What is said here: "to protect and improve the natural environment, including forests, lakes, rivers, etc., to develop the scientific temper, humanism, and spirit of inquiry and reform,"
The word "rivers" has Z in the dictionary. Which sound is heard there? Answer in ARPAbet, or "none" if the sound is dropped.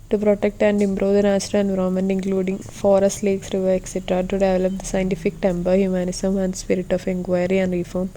none